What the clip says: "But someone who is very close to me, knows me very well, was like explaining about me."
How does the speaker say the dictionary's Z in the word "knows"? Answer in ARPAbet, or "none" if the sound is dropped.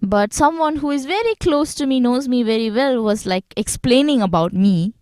Z